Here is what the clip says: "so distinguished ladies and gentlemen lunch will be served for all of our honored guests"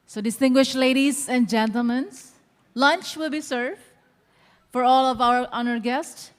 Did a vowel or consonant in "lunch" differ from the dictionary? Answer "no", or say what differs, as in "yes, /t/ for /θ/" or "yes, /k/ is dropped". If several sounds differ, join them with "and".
no